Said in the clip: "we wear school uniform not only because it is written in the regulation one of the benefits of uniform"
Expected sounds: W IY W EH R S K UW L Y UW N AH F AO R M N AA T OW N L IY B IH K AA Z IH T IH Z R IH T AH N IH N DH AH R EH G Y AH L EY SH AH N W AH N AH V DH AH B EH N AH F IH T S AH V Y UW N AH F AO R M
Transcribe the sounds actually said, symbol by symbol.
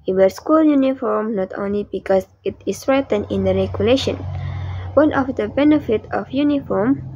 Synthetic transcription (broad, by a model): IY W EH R S K UW L Y UW N AH F AO R M N AA T OW N L IY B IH K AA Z IH T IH S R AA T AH N IH N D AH R EH G Y AH L EY SH AH N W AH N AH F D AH B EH N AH F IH T AH F Y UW N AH F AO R M